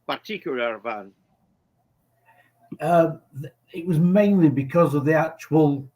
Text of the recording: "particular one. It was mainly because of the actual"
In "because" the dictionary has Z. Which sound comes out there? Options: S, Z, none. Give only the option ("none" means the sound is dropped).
Z